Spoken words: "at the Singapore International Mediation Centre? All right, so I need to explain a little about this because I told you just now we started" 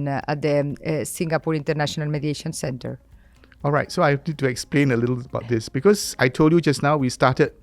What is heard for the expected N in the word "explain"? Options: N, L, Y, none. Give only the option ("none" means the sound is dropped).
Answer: N